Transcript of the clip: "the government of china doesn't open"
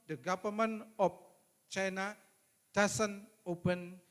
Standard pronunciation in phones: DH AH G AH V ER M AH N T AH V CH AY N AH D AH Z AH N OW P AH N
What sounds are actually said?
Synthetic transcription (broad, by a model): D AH G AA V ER M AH N AH F CH AY N AH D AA S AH N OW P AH N